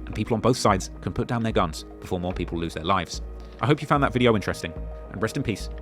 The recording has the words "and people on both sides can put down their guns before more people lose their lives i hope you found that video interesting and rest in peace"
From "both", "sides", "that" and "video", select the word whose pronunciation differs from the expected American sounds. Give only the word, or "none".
none